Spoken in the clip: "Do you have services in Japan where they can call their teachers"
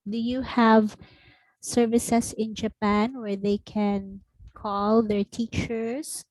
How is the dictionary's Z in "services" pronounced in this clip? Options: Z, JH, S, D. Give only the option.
S